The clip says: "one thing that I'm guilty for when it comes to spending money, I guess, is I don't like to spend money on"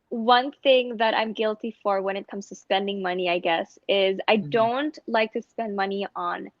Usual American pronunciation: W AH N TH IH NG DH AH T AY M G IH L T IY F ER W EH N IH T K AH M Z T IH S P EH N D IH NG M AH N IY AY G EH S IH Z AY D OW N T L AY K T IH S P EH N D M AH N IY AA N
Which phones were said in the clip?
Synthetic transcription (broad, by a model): W AH N TH IH NG DH AH T AY M G IH L T IY F ER W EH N IH T K AH M Z T IH S P EH N D IH NG M AH N IY AY G EH S IH Z AY D OW N T L AY K T IH S P EH N D M AH N IY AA N